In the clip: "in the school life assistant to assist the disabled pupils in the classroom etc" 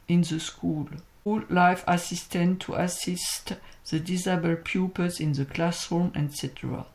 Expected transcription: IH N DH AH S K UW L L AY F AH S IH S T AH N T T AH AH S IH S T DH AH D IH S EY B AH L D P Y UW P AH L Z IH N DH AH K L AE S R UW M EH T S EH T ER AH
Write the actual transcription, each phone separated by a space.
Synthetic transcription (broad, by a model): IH N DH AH S K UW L L AY F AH S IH S T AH N T T AH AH S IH S T DH AH D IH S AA B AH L P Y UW P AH Z IH N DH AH K L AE S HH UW M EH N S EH T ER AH